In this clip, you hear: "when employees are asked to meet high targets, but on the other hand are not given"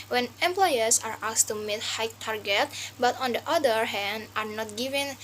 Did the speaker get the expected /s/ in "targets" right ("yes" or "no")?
no